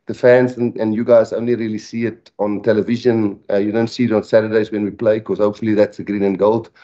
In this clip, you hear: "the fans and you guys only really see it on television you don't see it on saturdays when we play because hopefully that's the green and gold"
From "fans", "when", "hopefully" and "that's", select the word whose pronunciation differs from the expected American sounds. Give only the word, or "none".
none